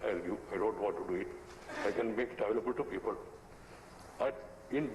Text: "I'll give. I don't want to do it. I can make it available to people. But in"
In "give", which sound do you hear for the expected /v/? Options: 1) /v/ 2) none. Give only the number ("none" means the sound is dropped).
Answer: 2